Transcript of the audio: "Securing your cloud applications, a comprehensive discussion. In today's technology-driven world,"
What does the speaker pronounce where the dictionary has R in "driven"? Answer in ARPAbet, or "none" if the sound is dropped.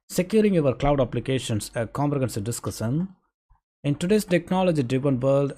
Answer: none